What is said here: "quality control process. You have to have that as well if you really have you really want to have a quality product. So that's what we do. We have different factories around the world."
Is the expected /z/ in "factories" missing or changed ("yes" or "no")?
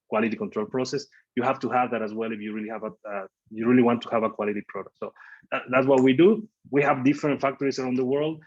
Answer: yes